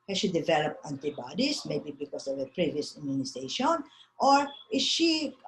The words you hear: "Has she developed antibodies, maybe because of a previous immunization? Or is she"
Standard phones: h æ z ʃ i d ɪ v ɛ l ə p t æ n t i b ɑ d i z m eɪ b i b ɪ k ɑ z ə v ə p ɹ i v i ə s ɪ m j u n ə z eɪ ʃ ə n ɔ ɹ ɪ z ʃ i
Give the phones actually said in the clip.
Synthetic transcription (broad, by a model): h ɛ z ʃ i d ɪ v ɛ l ə p t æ n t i b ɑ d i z m eɪ b i b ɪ k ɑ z ə v ə p ɹ i v i ə s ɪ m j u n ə s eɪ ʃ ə n ɔ ɹ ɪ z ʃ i